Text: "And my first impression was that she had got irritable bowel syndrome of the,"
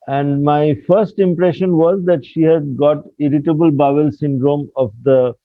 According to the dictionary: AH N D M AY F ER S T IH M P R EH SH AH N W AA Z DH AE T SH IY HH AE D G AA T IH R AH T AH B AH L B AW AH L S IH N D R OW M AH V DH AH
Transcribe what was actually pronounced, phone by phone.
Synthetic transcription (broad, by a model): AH N D M AY F ER S T IH M P R EH SH AH N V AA Z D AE T SH IY HH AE D G AA T IH R AH T AH B AH L B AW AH L S IH N D R OW M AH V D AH